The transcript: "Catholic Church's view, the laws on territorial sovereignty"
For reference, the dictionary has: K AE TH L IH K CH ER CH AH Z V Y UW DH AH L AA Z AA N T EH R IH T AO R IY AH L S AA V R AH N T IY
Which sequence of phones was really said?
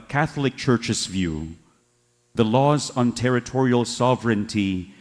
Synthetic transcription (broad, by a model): K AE TH L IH K CH ER CH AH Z V Y UW DH AH L AA Z N T EH R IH T AO R IY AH L S AA V R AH N T IY